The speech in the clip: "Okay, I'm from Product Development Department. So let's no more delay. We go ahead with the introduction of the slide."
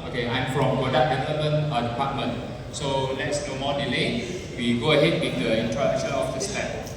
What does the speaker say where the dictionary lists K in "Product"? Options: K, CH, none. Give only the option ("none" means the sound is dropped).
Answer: none